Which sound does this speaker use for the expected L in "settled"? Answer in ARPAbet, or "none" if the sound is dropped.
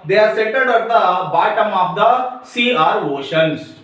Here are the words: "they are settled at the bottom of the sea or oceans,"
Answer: none